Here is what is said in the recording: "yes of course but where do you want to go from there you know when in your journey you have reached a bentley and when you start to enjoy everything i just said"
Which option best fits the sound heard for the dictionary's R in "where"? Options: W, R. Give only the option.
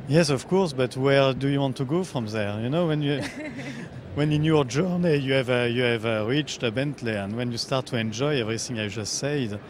R